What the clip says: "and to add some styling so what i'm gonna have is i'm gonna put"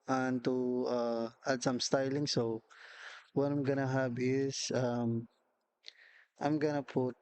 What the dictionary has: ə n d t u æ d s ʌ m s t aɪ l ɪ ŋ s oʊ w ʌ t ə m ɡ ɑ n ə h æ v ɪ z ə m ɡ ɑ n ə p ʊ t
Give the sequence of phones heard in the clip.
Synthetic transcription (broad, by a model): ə n t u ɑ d s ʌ m s t aɪ l ɪ ŋ s oʊ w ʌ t ə m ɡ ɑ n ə h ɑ b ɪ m ə m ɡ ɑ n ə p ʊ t